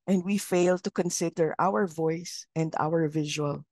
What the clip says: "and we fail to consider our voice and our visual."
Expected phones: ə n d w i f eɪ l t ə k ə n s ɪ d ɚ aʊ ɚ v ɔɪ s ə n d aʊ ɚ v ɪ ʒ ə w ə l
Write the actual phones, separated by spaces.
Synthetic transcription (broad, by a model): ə n d w i f eɪ l t ə k ə n s ɪ d ɚ aʊ ɚ v ɔɪ s ə n d aʊ ɚ v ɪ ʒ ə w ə l